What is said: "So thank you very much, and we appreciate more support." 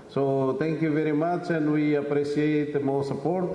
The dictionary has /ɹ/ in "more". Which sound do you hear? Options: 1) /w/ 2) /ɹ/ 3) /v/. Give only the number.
1